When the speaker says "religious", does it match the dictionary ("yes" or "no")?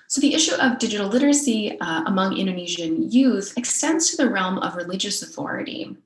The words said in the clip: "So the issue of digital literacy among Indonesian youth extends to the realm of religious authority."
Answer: yes